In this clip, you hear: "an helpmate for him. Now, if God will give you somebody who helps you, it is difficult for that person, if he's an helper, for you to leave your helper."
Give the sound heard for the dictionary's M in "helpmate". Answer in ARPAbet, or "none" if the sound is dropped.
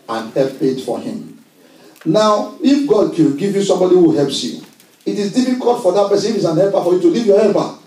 none